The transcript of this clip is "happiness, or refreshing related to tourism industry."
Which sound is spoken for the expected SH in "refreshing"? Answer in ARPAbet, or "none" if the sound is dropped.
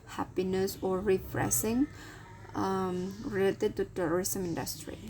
S